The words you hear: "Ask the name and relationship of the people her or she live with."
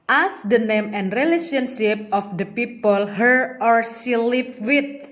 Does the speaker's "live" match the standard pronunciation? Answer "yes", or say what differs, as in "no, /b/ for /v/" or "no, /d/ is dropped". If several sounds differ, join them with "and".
no, /p/ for /v/